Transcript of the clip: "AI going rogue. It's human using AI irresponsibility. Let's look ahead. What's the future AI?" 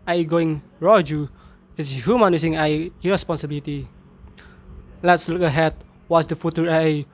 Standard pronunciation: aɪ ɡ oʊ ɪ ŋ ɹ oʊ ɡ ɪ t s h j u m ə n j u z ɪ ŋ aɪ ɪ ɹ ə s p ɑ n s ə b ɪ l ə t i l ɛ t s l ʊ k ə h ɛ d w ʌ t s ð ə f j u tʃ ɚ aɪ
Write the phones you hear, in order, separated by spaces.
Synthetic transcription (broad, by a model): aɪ ɡ oʊ ɪ ŋ ɹ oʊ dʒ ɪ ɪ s h j u m ə n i s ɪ ŋ aɪ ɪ ɹ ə s p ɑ n s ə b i l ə t i l ɛ t s l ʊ k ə h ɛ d w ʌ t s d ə f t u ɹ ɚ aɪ